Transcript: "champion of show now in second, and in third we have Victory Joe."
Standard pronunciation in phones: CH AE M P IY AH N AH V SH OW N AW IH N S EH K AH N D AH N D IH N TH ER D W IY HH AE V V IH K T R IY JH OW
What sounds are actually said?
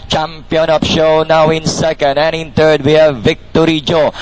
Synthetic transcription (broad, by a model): CH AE M P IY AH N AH P SH OW N AW IH N S EH K AH N D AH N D IH N T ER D W IY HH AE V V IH K T R IY JH OW